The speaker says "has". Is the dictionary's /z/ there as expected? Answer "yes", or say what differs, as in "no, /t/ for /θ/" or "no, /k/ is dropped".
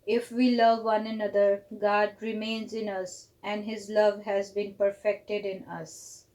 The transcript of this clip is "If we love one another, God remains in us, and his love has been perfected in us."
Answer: yes